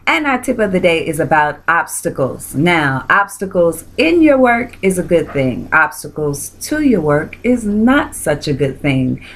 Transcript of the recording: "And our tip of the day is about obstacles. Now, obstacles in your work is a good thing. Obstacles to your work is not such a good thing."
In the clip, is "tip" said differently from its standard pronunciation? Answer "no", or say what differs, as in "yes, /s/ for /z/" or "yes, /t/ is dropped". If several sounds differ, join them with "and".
no